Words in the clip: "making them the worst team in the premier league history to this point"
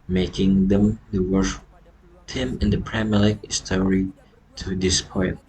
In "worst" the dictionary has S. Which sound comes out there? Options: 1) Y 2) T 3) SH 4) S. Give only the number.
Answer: 3